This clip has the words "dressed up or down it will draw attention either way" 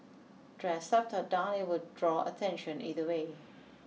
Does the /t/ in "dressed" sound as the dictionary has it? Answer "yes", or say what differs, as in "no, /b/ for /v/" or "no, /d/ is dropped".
no, /t/ is dropped